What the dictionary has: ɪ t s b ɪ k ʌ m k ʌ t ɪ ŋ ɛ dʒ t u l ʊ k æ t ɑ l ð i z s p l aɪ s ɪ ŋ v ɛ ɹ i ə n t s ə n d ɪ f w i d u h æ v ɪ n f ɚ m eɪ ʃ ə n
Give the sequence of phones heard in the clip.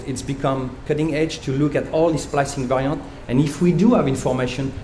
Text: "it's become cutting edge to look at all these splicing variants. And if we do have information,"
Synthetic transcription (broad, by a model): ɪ t s b ɪ k ʌ m k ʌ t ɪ ŋ ɛ dʒ t u l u k æ t ɑ l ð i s p l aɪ s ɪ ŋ v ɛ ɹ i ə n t ə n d ɪ f w i d u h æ v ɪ n f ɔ m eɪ ʃ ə n